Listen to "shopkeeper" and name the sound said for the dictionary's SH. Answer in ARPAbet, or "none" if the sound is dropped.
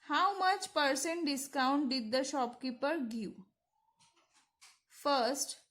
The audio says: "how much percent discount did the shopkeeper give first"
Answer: SH